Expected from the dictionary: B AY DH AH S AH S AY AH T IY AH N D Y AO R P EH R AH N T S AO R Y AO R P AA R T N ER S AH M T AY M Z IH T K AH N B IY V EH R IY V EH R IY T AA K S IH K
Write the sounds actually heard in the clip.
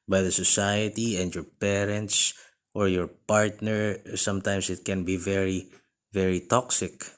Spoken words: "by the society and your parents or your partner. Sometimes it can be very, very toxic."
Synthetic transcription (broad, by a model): B AY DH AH S AH S AY AH T IY AH N D Y AO R P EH R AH N T S AO R Y AO R P AA R T N ER S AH M T AY M S IH T K AH N B IY V EH R IY V EH R IY T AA K S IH K